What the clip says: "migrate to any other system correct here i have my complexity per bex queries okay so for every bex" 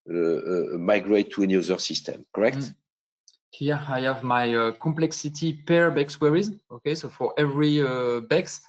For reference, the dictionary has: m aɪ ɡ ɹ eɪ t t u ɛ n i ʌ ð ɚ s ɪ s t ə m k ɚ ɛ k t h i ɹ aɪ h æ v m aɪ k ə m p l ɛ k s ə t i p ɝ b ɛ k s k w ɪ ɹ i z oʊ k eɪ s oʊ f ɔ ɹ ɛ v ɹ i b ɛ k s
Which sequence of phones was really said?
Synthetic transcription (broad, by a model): m aɪ ɡ ɹ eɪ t t u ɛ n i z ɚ s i s t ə m k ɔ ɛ k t h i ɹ aɪ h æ v m aɪ k ə m p l ɛ k s ə t i p ɝ b ɛ k s w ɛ ɹ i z oʊ k eɪ s oʊ f ɔ ɹ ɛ v ɹ i b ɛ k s